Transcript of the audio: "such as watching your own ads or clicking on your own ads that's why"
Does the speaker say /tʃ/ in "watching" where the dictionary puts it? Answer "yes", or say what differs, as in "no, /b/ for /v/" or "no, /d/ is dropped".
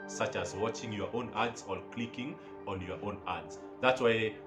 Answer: yes